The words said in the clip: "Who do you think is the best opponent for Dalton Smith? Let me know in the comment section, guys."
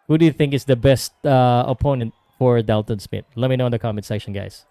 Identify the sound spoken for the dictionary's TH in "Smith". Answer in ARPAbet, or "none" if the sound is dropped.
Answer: T